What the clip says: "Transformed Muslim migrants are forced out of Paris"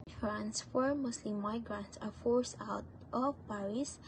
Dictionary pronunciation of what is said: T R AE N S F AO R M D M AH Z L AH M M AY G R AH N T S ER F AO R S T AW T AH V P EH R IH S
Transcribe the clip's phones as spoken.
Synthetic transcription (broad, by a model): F R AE N S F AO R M M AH S L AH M M AY G R AH N T S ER F AO R S AW T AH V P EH R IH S